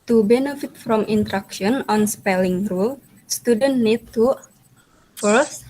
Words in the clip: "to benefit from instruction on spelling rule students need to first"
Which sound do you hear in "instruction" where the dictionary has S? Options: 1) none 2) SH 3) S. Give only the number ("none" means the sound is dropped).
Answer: 1